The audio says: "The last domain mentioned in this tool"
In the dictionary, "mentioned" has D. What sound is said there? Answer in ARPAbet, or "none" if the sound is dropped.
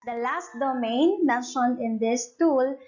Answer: none